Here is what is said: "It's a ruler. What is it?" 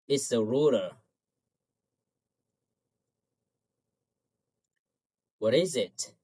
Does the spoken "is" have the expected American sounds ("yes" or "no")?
yes